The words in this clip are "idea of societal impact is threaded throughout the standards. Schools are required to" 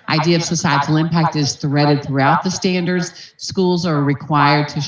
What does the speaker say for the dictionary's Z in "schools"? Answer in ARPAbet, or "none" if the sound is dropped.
Z